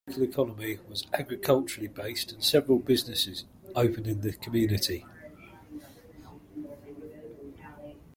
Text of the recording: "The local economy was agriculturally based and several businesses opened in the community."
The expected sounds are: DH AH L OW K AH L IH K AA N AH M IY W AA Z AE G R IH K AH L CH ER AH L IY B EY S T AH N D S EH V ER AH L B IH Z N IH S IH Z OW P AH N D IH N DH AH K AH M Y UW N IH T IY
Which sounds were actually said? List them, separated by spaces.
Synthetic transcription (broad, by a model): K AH L IH K AA N AH M IY W AA Z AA G R IH K AH L CH ER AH L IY B EY S T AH N S EH V ER AH L B IH Z N IH S IH Z OW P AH N IH N DH AH K AH M Y UW N IH T IY